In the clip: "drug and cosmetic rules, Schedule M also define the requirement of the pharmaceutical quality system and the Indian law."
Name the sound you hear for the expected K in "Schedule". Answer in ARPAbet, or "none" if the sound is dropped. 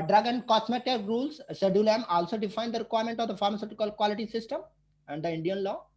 none